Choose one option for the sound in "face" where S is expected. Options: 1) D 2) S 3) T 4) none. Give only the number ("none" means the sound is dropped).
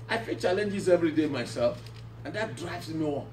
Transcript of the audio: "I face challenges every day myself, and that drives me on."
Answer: 4